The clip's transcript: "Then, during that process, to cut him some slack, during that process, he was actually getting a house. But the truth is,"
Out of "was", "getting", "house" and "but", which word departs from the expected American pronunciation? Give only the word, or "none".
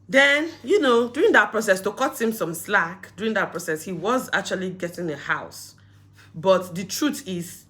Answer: none